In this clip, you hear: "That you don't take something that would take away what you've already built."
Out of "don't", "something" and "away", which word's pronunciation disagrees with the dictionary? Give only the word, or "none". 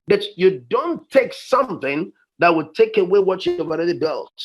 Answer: none